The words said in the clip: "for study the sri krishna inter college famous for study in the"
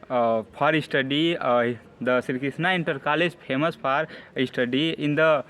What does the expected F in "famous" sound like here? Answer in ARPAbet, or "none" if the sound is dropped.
P